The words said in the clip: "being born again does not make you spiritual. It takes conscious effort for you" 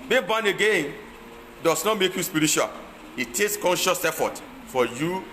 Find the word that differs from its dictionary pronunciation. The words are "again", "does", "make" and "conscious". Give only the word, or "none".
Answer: does